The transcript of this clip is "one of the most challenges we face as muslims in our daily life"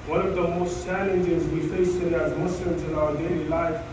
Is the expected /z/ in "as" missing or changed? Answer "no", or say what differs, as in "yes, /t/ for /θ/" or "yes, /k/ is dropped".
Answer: no